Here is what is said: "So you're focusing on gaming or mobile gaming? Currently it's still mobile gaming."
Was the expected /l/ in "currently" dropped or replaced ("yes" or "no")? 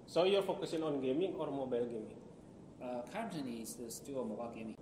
yes